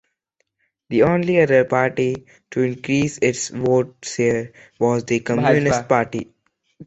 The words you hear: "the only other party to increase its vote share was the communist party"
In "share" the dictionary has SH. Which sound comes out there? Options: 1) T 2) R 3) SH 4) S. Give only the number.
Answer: 4